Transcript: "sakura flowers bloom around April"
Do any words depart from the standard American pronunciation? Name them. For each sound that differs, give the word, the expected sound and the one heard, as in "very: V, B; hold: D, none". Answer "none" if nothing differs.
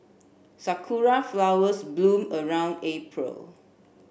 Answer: flowers: Z, S